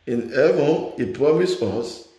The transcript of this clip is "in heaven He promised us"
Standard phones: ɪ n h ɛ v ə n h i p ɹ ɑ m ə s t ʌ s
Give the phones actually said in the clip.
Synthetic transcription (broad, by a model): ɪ n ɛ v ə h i p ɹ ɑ m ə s ʌ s